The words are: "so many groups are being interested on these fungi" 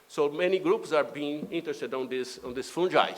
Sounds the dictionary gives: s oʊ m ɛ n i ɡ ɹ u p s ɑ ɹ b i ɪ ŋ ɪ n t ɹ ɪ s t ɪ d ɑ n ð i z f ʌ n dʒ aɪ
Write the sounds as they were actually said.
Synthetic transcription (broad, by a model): s oʊ m ɛ n i ɡ ɹ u p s ɑ ɹ b i ɪ ŋ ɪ n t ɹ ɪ s t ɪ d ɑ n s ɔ s f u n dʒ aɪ